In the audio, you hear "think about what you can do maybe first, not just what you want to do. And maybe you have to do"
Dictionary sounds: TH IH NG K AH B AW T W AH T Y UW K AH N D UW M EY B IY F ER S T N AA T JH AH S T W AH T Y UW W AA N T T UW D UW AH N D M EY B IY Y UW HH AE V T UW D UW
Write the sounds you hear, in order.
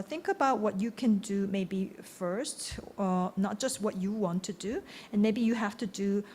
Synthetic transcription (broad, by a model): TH IH NG K AH B AW T W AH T Y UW K AH N D UW M EY B IY F ER S T N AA T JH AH S T W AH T Y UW W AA N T T UW D UW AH N M EY B IY Y UW HH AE F T UW D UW